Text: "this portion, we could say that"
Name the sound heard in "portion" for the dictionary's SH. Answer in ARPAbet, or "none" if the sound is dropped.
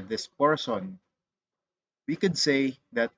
S